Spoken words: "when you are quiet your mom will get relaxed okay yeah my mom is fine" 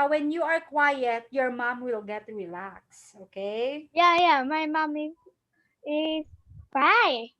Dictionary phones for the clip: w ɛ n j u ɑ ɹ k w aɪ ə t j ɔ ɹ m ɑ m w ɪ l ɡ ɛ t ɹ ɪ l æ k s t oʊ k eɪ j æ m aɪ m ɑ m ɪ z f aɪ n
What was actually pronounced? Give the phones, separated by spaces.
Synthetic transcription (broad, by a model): w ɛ n j u ɑ ɹ k w aɪ ə t j ɔ ɹ m ɑ m w ɪ l ɡ ɛ t ɹ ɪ l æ k s oʊ k eɪ j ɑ m aɪ m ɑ m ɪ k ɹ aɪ